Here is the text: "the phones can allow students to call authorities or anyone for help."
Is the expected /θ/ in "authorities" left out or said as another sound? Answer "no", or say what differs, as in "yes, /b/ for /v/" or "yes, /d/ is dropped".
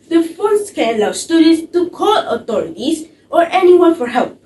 yes, /t/ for /θ/